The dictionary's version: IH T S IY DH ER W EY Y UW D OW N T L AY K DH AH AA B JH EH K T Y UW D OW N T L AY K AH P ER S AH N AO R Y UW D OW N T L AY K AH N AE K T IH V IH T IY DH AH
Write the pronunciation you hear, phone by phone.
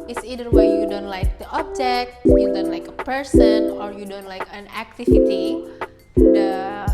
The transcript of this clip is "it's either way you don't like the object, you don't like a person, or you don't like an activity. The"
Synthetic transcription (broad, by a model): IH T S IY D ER W EY Y UW D OW N T L AY K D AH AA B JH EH K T Y UW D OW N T L AY K AH P ER S AH N AO R Y UW D OW N T L AY K AH N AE K T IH IH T IY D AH